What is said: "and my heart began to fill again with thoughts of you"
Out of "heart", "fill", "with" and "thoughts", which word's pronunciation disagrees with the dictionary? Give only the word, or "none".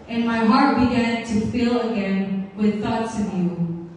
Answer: none